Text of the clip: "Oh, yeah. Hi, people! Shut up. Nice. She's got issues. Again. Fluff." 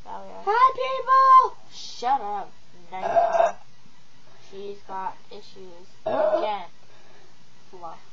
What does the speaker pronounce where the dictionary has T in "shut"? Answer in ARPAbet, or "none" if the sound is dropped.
T